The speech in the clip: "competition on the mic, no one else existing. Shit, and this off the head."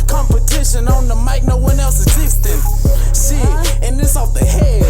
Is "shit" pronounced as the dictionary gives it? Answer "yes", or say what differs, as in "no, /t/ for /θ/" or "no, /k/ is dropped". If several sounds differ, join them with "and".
no, /t/ is dropped